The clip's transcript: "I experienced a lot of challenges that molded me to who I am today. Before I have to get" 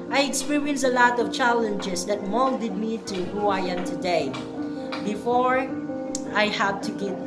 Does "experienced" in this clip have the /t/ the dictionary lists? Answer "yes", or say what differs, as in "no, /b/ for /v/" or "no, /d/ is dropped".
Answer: no, /t/ is dropped